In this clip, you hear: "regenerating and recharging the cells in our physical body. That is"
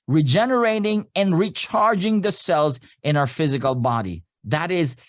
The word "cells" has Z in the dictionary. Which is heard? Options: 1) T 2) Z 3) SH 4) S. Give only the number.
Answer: 2